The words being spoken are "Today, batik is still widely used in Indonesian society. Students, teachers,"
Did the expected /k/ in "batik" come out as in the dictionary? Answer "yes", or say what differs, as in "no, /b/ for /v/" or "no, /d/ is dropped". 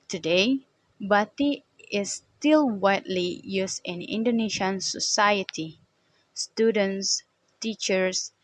no, /k/ is dropped